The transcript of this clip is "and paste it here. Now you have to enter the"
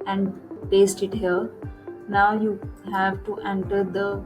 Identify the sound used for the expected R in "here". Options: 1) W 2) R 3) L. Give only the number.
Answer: 3